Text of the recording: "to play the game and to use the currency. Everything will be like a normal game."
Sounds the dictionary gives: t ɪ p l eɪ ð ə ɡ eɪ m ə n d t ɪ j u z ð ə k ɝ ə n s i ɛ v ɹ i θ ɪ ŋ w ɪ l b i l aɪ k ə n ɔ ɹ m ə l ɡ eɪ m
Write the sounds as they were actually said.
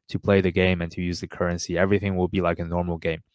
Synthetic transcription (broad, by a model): t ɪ p l eɪ ð ə ɡ eɪ m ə n t ɪ j u z ð ə k ɝ ə n s i ɛ v ɹ i θ ɪ ŋ w ɪ l b i l aɪ k ə n ɔ ɹ m l ɡ eɪ m